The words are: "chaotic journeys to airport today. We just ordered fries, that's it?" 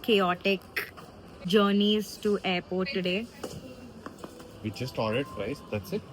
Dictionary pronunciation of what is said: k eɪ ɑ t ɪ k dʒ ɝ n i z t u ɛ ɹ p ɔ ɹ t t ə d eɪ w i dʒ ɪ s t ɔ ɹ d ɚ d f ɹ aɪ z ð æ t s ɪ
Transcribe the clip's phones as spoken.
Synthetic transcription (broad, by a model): k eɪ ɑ t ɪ k dʒ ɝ n i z t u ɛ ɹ p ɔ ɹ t t ə d eɪ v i tʃ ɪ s t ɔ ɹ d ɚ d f ɹ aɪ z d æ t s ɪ